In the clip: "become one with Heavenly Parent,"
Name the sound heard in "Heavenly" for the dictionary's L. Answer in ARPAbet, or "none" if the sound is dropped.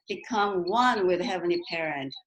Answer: none